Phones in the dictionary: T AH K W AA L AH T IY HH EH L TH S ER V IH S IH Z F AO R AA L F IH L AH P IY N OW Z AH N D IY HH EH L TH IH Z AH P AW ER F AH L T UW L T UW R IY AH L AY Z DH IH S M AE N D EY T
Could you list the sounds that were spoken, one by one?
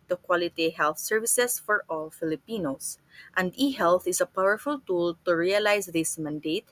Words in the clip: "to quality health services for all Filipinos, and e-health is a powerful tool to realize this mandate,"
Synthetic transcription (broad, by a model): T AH K W AA L AH T IY HH EH L TH S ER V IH S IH S F AO R AA L F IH L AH P IY N OW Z AH N D IY HH EH L TH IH S AH P AW ER F AH L T UW L T UW R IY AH L AY S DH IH S M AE N D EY T